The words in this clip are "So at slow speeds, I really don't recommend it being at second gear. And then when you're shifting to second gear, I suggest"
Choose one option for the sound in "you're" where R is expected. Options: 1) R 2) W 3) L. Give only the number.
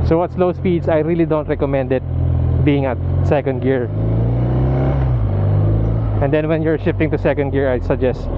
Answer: 1